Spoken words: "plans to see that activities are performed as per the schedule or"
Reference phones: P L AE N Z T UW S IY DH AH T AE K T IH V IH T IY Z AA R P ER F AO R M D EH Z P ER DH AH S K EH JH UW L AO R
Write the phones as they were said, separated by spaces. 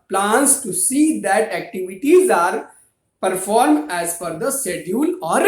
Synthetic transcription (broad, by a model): P L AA N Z T UW S IY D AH T AE K T IH V IH T IY Z AA R P ER F AO R M D EH Z F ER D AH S EH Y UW L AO R